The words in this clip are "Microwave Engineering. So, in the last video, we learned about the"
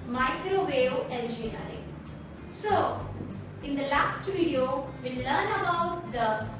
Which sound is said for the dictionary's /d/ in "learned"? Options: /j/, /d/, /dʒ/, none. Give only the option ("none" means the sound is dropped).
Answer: none